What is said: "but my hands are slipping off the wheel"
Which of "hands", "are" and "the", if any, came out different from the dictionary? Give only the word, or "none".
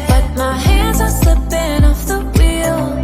none